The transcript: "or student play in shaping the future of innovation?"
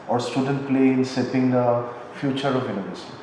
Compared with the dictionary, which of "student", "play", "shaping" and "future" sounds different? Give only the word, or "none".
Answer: shaping